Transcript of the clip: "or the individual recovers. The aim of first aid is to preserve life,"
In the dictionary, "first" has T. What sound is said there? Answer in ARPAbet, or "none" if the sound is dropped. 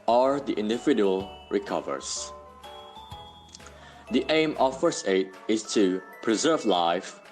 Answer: none